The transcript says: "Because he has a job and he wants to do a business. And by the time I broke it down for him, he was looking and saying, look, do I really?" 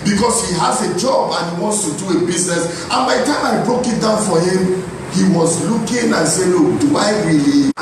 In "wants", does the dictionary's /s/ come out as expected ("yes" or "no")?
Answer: yes